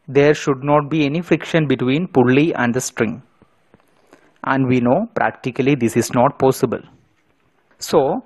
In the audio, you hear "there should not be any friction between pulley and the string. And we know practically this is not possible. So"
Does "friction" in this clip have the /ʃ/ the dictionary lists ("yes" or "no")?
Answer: yes